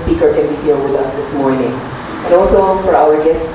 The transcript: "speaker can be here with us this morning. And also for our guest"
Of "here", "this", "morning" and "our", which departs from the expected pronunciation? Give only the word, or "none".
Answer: here